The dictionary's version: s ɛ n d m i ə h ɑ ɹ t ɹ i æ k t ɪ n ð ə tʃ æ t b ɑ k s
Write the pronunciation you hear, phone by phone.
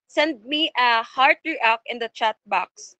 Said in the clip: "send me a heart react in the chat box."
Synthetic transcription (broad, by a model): s ɛ n d m i ə h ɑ ɹ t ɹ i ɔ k ɪ n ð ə tʃ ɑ t b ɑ k s